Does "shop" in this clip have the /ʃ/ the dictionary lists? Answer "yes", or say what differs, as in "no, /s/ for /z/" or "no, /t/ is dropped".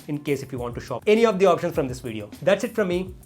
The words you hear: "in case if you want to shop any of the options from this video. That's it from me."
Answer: yes